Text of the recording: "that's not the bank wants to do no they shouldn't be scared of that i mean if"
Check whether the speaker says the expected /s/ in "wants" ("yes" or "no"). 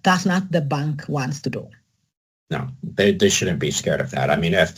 yes